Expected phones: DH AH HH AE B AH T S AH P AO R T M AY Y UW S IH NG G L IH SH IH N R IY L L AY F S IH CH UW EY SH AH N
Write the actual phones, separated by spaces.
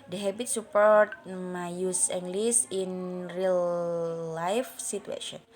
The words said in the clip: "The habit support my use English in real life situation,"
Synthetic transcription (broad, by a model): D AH HH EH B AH T S AH P AO R T M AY Y UW S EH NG G L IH S IH N R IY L L AY F S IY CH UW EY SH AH N